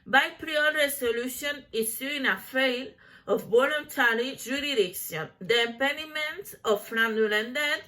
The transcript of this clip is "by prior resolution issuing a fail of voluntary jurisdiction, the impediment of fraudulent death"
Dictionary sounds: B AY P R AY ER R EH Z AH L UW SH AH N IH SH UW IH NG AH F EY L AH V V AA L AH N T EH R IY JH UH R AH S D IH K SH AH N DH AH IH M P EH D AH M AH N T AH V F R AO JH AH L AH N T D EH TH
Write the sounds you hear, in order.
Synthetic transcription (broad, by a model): B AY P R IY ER R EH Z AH L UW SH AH N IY S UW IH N AH F EY L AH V B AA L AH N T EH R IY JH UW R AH D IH K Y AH N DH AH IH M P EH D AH M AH N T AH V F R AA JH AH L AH N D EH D